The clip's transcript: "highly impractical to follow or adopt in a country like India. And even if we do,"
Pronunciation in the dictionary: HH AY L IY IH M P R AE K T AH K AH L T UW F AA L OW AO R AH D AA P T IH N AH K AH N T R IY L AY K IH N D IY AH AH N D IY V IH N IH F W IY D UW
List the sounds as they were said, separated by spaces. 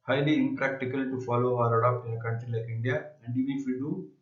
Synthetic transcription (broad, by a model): HH AY L IY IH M P R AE K T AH K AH L T UW F AA L OW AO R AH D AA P IH N AH K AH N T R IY L AY K IH N D IY AH AH N D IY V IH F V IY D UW